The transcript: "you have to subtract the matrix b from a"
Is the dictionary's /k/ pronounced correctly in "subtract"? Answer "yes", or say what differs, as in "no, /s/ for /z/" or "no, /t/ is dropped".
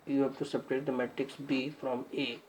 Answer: no, /k/ is dropped